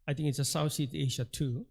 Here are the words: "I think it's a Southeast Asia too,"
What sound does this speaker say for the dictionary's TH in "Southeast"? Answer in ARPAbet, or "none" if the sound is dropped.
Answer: S